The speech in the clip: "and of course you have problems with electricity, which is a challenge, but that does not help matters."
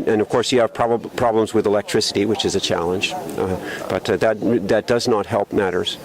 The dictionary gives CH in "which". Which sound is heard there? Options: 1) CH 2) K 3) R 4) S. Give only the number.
1